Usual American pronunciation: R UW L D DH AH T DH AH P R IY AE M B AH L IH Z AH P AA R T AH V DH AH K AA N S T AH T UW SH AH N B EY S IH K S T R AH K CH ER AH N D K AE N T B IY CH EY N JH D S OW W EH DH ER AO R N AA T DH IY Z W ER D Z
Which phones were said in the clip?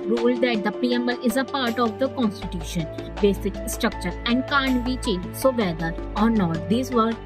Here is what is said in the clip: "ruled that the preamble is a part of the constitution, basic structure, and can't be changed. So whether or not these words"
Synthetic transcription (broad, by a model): R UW L D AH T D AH P IY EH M AH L IH Z AH P AA R T AH V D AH K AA N S T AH T UW SH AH N B EY S IH K S T R AH K CH ER AH N D K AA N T B IY CH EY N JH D S OW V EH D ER AO R N AA T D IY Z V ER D